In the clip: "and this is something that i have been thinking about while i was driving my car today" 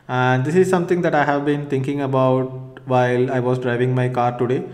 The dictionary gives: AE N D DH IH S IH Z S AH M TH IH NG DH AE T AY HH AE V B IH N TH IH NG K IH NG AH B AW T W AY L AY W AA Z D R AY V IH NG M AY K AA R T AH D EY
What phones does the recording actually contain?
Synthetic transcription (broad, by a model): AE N D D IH S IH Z S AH M T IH NG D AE T AY HH AE V B IH N T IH NG K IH NG AH B AW T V AY L AY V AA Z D R AY V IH NG M AY K AA R T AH D EY